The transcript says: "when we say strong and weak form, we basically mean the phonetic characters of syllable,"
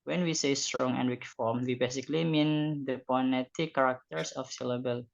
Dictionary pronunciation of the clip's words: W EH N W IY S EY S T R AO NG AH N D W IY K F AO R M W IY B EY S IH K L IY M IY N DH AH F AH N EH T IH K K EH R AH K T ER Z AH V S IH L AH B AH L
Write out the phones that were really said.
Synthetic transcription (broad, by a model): W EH N W IY S EY S T R AO NG AH N D W IY K F AO R M W IY B EY S IH K L IY M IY N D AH P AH N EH T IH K K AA R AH K T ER S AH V S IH L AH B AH L